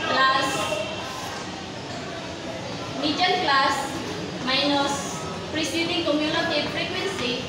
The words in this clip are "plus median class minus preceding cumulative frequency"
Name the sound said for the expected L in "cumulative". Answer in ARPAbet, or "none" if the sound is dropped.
N